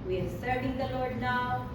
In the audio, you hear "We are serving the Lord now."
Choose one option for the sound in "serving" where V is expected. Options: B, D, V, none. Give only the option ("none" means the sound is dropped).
none